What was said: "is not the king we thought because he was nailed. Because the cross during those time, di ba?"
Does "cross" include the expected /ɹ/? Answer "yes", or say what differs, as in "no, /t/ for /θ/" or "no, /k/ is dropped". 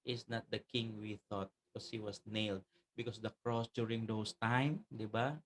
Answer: yes